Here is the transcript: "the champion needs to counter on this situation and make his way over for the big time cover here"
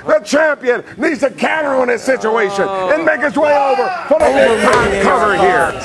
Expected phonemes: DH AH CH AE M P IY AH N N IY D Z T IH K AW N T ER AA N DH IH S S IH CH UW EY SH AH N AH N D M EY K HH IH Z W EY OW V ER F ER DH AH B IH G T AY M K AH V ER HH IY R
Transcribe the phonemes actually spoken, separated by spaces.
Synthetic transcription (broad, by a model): DH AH CH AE M P IY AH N N IY D Z T IH K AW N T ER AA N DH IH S S IH CH UW EY SH AH N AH N M EY K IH S W EY OW V ER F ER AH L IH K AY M K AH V ER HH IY R